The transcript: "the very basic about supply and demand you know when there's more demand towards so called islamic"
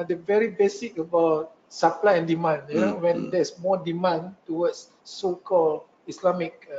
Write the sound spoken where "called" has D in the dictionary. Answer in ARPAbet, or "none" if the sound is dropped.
none